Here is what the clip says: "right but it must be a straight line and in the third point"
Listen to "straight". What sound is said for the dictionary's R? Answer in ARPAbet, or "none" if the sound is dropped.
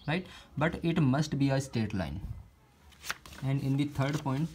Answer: none